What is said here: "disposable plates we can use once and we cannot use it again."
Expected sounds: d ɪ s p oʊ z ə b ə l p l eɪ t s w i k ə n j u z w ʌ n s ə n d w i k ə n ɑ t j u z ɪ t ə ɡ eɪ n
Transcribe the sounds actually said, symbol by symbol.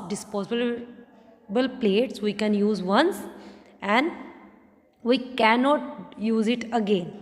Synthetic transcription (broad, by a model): d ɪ s p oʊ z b b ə l p l eɪ t s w i k ə n j u z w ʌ n s ə n d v i k ə n ɑ t j u z ɪ t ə ɡ eɪ n